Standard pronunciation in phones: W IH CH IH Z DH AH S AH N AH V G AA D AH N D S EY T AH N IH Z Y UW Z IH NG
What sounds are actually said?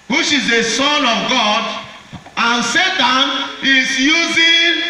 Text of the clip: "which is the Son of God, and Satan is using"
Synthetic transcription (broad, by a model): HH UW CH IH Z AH S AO N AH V G AA D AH N S EY T AH N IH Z Y UW Z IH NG